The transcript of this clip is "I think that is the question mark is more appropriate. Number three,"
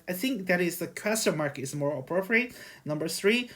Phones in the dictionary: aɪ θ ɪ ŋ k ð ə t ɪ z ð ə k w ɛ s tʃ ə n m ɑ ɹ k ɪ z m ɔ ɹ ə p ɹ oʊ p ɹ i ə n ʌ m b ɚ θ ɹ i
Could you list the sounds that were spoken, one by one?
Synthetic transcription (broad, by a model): aɪ θ ɪ ŋ k ð ə t ɪ z ð ə k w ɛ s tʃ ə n m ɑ ɹ k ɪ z m ɔ ɹ ə p ɹ oʊ p ɹ i ə n ʌ m b ɚ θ ɹ i